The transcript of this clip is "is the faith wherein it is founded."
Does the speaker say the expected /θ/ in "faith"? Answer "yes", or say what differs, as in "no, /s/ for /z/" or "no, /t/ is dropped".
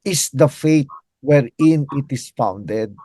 no, /t/ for /θ/